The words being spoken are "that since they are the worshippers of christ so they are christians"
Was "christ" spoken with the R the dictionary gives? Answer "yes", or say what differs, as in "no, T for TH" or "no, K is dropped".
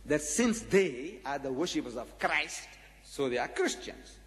yes